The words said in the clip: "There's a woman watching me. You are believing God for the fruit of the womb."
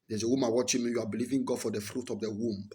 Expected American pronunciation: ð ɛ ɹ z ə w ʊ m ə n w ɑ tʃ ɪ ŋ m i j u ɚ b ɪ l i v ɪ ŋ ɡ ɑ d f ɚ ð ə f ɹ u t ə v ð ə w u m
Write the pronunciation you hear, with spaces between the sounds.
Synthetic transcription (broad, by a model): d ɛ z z ə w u m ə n w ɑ tʃ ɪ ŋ m i j u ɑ b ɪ l i v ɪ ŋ ɡ ɑ d f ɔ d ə f ɹ u t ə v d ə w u m